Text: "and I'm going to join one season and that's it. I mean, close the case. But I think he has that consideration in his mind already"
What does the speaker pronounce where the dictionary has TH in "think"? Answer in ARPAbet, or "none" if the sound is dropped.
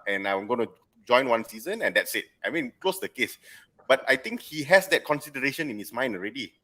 T